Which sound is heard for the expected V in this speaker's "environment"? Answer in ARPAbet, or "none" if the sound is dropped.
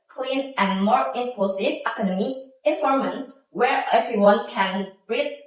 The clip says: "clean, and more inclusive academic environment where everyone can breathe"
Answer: F